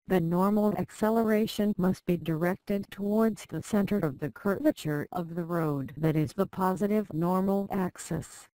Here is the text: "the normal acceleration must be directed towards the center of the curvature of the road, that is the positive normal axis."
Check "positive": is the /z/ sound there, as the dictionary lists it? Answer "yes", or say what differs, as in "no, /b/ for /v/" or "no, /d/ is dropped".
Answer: yes